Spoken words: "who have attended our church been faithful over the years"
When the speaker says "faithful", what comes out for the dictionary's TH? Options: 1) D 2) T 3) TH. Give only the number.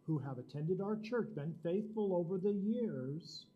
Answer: 3